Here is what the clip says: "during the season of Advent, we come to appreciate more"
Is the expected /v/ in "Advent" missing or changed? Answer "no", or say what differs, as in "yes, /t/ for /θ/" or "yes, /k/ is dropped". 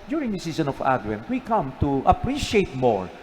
yes, /w/ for /v/